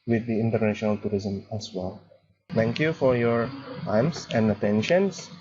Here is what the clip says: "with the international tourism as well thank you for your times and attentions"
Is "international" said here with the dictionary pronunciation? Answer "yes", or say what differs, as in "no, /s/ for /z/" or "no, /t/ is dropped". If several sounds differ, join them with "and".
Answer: yes